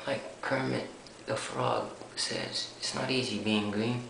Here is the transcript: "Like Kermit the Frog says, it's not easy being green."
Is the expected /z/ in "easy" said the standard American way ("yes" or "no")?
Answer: yes